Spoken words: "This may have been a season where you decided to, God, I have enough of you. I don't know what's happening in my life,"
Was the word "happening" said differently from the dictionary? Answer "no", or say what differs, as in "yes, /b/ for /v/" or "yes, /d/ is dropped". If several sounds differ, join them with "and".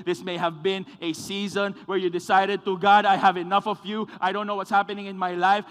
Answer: no